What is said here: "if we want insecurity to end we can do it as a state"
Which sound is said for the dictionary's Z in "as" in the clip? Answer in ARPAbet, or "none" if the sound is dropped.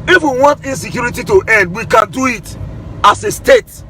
S